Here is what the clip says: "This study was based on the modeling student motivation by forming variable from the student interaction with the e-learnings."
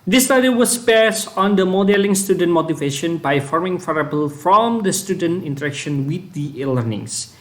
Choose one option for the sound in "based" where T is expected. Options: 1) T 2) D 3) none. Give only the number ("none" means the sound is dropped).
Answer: 3